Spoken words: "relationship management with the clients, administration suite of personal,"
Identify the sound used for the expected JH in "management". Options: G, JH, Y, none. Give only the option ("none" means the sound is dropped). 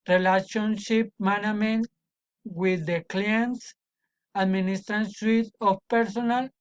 none